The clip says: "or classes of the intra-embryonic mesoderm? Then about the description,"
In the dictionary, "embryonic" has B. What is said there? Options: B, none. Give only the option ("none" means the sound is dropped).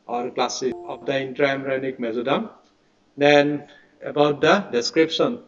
none